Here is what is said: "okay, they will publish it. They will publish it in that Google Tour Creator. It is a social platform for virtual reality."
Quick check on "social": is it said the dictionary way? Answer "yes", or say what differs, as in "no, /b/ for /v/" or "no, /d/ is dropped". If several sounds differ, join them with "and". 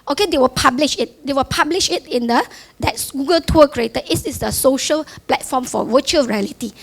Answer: yes